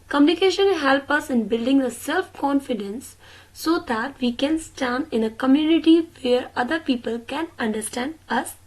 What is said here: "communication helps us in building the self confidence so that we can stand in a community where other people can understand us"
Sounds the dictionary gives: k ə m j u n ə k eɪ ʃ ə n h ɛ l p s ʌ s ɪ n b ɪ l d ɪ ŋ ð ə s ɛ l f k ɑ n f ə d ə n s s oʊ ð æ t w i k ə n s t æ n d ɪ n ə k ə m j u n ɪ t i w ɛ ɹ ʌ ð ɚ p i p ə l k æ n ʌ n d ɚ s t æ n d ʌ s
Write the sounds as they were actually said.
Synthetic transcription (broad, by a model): k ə m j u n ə k eɪ ʃ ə n h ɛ l p ʌ s ɪ n b ɪ l d ɪ ŋ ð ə s ɛ l f k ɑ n f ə d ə n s s oʊ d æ t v i k ə n s t æ n d ɪ n ə k ə m j u n ɪ t i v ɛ ɹ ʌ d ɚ p i p ə l k æ n ʌ n d ɚ s t æ n d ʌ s